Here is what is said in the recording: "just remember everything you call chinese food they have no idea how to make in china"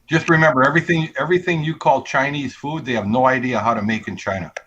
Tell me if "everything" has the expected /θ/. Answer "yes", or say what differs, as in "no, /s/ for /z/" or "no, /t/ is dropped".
yes